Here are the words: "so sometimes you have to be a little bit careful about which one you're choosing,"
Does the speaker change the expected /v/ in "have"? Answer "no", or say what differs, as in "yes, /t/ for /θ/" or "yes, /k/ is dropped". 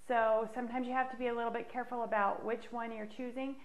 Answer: yes, /f/ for /v/